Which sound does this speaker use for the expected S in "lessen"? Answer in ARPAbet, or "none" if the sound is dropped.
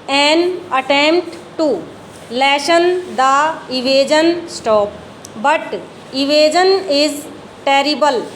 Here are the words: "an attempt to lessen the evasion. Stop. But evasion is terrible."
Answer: SH